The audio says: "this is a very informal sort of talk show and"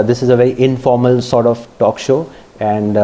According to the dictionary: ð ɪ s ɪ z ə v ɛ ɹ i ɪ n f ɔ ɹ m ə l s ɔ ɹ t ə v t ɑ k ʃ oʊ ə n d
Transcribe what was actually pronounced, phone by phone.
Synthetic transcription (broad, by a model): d ɪ s ɪ z ə v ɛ ɹ i ɪ n f ɔ ɹ m ə l s ɔ ɹ t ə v t ɑ k ʃ oʊ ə n d